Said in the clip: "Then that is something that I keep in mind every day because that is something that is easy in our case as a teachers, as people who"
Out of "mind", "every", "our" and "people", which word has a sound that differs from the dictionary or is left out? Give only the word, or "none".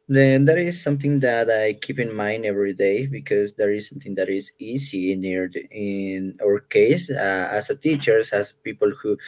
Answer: none